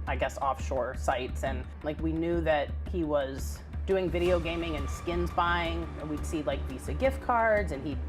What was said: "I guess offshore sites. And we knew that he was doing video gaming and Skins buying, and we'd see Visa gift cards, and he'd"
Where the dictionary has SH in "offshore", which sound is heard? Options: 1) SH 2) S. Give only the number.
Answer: 1